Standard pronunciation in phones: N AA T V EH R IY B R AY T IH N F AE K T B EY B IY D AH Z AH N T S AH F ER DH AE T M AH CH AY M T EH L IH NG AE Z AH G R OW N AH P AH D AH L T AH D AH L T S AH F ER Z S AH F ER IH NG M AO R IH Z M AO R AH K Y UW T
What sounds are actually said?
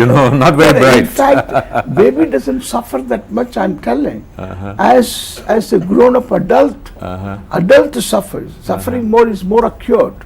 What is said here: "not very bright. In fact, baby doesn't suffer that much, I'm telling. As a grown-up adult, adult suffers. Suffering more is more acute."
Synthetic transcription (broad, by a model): N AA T V EH R IY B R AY IH N F AE K T B EY B IY D AH Z AH N T S AH F ER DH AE T M AH CH AY M T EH L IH NG AE Z AH G R OW N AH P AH D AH L T AH D AH L T S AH F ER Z S AH F ER IH NG M AO R IH Z M AO R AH K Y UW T